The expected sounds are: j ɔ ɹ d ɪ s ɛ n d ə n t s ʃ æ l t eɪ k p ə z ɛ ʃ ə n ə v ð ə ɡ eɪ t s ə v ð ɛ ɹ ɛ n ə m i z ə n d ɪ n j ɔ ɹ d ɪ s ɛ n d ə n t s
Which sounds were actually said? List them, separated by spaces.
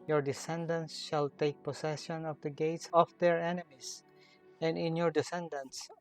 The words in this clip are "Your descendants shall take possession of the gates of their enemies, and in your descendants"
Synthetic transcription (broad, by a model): j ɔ ɹ d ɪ s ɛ n d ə n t s ʃ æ l t eɪ k p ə s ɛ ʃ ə n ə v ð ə ɡ eɪ t s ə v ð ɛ ɹ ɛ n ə m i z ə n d ɪ n j ɔ ɹ d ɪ s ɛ n d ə n s